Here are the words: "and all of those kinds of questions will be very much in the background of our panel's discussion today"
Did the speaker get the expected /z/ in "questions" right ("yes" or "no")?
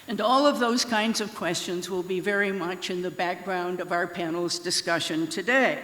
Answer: yes